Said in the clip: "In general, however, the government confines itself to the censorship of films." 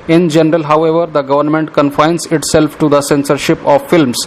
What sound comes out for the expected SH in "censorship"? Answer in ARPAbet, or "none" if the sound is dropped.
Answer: SH